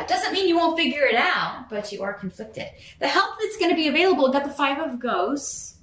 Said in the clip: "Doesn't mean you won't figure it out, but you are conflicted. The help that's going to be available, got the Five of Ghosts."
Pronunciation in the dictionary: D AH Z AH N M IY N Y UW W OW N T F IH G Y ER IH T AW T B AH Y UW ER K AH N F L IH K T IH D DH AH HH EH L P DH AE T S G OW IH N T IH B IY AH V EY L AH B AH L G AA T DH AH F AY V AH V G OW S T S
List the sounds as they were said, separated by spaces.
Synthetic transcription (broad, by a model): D AH Z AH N M IY N Y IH W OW N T F IH G Y ER IH T AW T B AH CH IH ER K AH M F L IH K T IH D DH AH HH EH L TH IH T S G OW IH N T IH B IY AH V EY L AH B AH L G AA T DH AH F AY V AH V G OW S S